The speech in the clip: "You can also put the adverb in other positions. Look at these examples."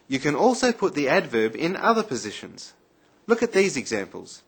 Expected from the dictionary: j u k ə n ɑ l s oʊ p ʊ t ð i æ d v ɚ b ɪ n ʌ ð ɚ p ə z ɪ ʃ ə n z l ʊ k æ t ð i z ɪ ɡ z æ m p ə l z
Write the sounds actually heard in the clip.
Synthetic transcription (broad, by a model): j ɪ k ə n ɑ l s oʊ p ʊ t ð i æ d v ɚ b ɪ n ʌ ð ɚ p ə z ɪ ʃ ə n z l ʊ k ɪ t ð i z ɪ ɡ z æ m p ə l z